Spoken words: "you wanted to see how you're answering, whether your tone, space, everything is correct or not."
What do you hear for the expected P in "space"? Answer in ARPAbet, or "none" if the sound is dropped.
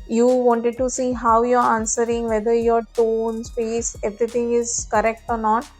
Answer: F